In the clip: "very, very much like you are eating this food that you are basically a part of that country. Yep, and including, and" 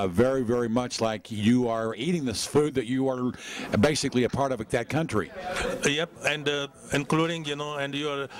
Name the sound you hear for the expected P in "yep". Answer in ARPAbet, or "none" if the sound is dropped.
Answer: P